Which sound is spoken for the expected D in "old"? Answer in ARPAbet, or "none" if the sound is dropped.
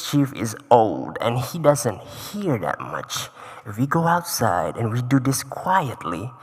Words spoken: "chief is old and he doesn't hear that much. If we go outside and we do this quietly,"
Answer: D